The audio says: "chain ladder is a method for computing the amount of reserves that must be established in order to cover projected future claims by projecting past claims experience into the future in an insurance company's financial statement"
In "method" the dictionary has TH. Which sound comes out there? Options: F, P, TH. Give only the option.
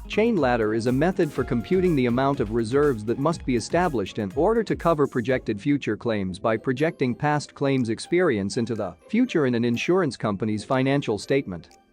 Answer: TH